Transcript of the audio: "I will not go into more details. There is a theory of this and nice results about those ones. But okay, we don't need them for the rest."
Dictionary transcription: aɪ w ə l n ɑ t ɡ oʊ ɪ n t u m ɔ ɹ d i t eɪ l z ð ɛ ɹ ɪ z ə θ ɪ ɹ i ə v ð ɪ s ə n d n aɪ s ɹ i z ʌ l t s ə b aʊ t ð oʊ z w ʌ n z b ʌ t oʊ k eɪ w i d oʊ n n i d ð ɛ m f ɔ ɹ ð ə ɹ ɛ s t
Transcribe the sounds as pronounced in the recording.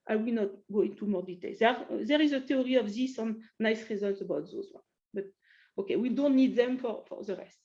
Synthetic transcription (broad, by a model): aɪ w ə l n ɑ t ɡ oʊ ɪ n t u m ɔ ɹ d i t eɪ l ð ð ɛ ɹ ɪ z ə t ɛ ɹ i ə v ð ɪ s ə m n aɪ s ɹ i z ʌ l t s ə b aʊ t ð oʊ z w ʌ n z b ʌ t oʊ k eɪ w i d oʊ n n i d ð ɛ m f ɔ ɹ ð ə ɹ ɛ s t